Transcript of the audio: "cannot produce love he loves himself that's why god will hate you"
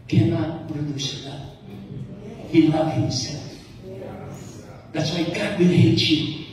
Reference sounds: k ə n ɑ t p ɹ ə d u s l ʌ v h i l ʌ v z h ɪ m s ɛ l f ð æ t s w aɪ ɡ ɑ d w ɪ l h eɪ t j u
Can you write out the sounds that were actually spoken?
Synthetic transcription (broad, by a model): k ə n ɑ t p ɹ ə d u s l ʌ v h i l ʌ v h ɪ m s ɛ l f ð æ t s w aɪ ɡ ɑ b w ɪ n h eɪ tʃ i